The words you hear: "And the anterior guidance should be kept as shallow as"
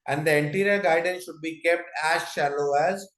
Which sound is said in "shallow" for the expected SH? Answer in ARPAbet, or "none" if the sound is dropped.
SH